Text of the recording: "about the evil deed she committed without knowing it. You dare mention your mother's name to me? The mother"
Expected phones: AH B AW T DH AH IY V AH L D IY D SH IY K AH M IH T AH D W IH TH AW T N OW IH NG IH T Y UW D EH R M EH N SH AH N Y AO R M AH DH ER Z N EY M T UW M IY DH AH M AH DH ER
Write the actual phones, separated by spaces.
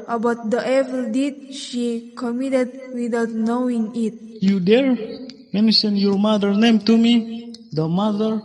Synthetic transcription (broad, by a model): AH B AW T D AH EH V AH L D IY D SH IY K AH M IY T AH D W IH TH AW T N OW IH NG IH T Y UW D EH R M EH N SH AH N Y AO R M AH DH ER N EY M T UW M IY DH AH M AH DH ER